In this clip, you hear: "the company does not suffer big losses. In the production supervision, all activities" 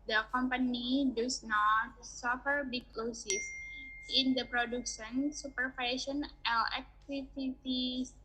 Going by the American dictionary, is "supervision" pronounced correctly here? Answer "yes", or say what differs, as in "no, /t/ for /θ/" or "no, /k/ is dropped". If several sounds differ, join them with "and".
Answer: no, /ʃ/ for /ʒ/